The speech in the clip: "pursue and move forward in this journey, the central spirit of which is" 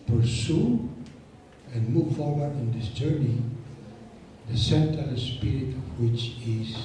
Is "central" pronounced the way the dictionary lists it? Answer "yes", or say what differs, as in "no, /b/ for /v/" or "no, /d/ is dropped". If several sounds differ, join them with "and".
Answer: no, /ɹ/ is dropped